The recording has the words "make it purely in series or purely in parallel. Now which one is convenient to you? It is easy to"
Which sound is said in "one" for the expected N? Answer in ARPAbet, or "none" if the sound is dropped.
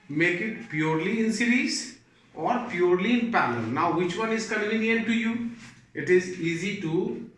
N